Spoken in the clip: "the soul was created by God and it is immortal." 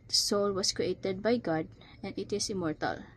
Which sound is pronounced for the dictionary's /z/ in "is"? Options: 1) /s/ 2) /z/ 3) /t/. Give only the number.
1